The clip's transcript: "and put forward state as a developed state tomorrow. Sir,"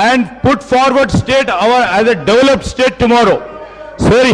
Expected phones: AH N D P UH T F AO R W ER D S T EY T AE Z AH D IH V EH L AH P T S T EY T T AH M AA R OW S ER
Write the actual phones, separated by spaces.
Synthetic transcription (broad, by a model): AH N D P UH T F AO R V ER D S T EY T AE Z AH D IH V EH L AH P T S T EY T T AH M AA R OW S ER